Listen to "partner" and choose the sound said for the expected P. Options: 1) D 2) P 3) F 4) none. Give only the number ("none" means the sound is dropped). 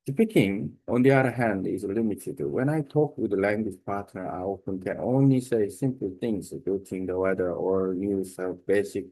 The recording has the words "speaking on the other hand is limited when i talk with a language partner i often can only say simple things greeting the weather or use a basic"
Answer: 2